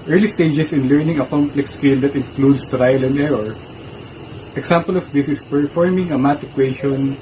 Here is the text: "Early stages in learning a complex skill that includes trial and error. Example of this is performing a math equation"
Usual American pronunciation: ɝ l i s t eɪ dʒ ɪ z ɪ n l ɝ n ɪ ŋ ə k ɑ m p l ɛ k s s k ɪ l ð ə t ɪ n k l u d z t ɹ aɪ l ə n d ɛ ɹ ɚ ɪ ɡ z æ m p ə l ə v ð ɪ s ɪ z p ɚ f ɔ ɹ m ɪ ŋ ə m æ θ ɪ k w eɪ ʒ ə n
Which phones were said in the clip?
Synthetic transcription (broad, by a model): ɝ l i s t eɪ dʒ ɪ s ɪ n l ɝ n ɪ ŋ ə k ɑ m p l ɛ k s s k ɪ l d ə t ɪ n k l u d s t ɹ aɪ l ə n d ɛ ɹ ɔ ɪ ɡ s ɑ m p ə l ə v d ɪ s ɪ s p ɚ f ɔ ɹ m ɪ ŋ ə m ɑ t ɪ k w eɪ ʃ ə n